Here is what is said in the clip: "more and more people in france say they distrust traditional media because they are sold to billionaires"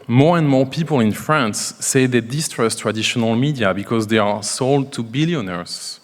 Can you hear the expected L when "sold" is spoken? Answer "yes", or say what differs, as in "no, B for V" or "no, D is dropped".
yes